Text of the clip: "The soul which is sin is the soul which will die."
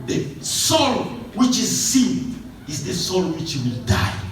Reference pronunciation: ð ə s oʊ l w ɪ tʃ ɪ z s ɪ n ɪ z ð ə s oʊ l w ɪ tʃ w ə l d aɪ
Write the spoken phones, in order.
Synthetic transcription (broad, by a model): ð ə s oʊ l w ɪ tʃ ɪ z s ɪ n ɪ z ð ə s oʊ l w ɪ tʃ w ə l d aɪ